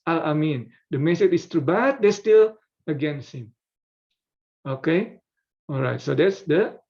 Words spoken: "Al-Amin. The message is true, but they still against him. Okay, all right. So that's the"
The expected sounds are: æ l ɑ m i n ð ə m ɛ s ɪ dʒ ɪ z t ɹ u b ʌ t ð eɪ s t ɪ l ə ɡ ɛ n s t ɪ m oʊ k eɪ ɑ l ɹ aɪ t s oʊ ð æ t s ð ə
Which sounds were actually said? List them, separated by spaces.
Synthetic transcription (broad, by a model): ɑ ɑ m i n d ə m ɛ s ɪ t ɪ s t ɹ u b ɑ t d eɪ s t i l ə ɡ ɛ n s ɪ m oʊ k eɪ ɑ l ɹ aɪ t s oʊ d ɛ t s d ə